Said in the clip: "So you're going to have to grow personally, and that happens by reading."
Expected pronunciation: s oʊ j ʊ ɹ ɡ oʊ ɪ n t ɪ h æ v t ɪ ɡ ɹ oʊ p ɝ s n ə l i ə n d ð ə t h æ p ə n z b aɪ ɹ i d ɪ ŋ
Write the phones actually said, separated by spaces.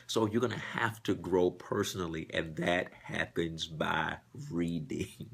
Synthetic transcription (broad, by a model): s oʊ j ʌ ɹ ɡ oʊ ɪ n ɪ h æ f t ɪ ɡ ɹ oʊ p ɝ s n l i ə n ð ə t h æ p ə n z b aɪ ɹ i d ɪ ŋ